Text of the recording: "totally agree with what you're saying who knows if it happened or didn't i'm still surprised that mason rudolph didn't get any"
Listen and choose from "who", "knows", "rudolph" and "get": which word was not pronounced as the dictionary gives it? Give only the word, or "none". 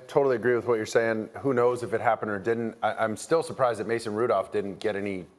none